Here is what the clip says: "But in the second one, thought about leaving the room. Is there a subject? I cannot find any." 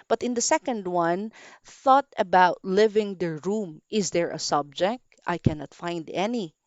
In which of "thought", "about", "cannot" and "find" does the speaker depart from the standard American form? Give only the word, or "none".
none